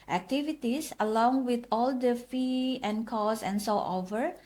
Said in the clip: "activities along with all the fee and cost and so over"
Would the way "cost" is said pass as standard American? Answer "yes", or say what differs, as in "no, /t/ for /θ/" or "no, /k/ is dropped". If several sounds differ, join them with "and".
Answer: no, /t/ is dropped